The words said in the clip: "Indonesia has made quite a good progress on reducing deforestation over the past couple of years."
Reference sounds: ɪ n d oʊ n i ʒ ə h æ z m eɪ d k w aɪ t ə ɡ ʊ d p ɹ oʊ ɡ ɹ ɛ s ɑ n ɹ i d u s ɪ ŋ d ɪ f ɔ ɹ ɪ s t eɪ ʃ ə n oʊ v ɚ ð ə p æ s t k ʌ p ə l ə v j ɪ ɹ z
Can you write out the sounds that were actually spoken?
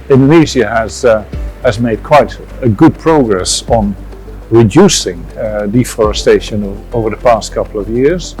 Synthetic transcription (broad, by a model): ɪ n d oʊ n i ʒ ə h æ z m eɪ d k w aɪ t ə ɡ ʊ d p ɹ oʊ ɡ ɹ ɛ s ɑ n ɹ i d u s ɪ ŋ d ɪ f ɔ ɹ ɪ s t eɪ ʃ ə n oʊ v ɚ ð ə p æ s t k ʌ p l ə v j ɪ ɹ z